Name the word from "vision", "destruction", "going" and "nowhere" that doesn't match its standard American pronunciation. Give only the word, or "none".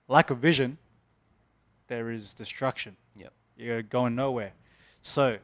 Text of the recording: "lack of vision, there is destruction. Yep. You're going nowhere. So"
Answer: none